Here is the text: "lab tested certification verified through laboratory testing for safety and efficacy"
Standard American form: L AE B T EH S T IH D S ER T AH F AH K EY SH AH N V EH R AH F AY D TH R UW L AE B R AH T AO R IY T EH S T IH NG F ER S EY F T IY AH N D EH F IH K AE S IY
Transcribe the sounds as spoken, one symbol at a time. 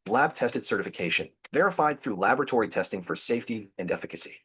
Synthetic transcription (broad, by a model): L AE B T EH S T IH D S ER T AH F AH K EY SH AH N V EH R AH F AY D TH R UW L AE B R AH T AO R IY T EH S T IH NG F ER S EY F T IY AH N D EH F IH K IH S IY